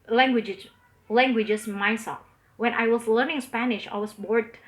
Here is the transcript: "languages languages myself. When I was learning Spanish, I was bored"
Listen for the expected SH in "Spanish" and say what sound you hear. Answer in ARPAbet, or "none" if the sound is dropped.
SH